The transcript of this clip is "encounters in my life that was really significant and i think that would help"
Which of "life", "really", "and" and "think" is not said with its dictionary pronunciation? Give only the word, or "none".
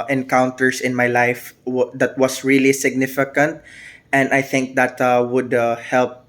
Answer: none